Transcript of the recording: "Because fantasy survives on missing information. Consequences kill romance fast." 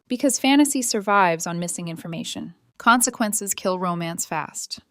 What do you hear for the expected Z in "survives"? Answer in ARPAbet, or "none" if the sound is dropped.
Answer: Z